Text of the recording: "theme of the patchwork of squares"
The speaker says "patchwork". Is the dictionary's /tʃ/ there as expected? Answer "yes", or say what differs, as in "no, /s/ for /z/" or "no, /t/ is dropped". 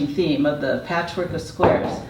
yes